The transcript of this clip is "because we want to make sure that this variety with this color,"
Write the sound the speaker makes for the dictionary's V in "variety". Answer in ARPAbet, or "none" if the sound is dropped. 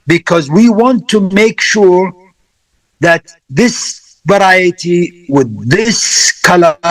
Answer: V